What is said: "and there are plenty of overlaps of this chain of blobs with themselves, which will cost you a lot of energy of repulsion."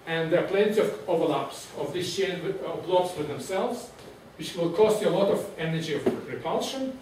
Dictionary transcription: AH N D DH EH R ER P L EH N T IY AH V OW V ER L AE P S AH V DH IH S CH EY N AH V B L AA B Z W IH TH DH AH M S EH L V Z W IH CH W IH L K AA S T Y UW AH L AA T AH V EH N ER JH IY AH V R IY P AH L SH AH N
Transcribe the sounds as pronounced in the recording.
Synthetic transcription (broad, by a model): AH N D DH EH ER P L EH N T IY AH V OW V ER L AE P S AH V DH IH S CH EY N AH V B L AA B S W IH DH AH M S EH L V Z W IH CH W IH L K AA S T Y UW AH L AA T AH V EH N ER JH IY AH V R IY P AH L SH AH N